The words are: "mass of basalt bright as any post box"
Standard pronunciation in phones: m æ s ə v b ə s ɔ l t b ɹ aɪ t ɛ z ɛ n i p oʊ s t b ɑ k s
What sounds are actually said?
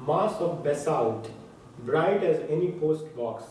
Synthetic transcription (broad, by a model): m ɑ s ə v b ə s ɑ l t b ɹ aɪ t ɛ z ɛ n i p oʊ s t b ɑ k s